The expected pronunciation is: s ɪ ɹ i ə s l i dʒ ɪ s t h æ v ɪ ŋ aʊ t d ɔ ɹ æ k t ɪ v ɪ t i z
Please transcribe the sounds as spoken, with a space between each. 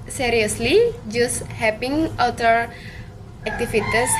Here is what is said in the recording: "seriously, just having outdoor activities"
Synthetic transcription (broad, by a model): s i ɹ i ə s l i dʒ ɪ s h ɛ p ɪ ŋ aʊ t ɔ ɹ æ k t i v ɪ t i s